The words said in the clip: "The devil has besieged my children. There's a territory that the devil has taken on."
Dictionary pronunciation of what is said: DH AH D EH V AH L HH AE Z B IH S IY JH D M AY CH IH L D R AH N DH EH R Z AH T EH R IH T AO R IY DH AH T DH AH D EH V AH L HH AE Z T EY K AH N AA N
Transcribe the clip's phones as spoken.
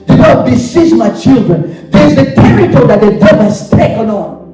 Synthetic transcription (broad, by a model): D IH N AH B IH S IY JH M AY CH IH L D R AH N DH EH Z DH AH T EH R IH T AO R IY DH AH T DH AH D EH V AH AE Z T EY K AH N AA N